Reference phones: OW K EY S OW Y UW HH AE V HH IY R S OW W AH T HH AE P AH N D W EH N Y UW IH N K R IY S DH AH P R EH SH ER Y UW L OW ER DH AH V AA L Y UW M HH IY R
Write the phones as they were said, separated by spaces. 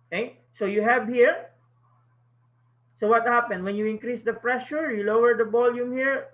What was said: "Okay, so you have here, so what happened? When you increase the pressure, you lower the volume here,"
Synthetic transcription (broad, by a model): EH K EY S OW Y UW HH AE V HH IY R S OW W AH T HH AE P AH N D W EH N Y UW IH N K R IY S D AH F R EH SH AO Y UW L OW ER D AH B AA L Y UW M HH IY R